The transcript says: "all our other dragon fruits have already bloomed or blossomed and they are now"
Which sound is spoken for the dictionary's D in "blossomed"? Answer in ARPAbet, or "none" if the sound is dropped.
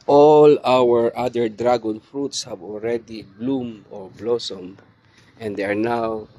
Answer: none